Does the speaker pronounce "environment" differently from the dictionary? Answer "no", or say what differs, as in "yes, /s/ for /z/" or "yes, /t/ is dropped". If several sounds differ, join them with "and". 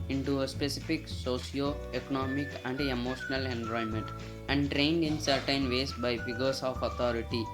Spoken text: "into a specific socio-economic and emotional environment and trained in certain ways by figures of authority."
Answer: yes, /ɹ/ is dropped